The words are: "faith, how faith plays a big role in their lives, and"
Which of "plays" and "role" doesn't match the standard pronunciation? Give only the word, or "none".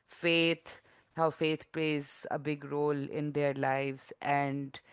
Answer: none